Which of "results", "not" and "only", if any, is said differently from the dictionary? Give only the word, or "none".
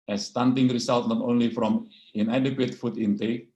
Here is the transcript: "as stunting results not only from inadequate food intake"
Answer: results